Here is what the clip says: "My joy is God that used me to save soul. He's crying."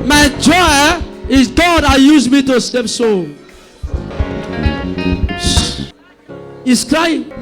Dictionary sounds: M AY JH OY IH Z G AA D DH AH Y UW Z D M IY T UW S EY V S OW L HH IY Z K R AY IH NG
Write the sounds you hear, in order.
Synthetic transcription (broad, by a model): M AY JH OY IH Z G AA D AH Y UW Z M IY T UW S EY P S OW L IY S K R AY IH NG